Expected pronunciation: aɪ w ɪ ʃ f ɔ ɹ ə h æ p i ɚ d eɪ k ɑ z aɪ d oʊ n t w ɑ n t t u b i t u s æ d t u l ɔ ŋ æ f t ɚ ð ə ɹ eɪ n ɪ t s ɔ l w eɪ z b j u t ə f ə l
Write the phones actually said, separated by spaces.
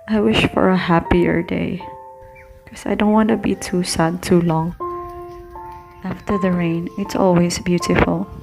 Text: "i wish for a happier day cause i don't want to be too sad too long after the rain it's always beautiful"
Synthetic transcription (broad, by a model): aɪ w ɪ ʃ f ɔ ɹ ə h æ p i ɚ d eɪ k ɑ s aɪ d oʊ n t w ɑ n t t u b i t u s æ d t u l ɔ ŋ æ f t ɚ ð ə ɹ eɪ n ɪ t s ɔ l w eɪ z b j u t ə f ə l